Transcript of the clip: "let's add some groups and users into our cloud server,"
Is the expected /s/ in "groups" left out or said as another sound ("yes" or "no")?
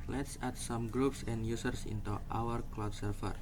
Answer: no